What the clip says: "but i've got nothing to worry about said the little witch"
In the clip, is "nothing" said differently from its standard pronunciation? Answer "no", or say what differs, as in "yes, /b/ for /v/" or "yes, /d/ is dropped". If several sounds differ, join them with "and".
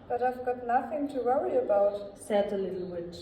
no